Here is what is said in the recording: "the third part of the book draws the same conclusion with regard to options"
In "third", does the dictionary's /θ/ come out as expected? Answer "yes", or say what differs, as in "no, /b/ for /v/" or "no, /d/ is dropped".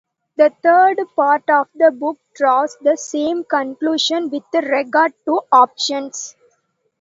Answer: no, /t/ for /θ/